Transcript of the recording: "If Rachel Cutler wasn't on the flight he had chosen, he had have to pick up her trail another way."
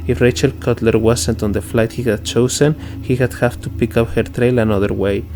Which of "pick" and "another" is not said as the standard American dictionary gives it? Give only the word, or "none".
none